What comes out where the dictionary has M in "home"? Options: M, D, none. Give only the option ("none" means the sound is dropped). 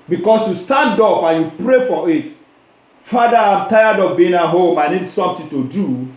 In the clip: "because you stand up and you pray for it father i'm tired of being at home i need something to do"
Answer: M